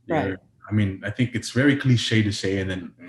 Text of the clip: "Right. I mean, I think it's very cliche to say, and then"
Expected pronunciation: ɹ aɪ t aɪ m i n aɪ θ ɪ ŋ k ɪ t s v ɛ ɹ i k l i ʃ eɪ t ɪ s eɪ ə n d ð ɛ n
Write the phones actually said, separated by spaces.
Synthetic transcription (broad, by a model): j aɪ aɪ m i n aɪ θ ɪ ŋ k ɪ t s v ɛ ɹ i k l i ʃ eɪ t ɪ s eɪ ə n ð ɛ n